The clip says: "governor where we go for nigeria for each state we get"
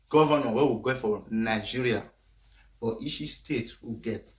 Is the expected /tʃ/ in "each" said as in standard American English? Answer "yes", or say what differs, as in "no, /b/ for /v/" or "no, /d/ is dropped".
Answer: no, /ʃ/ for /tʃ/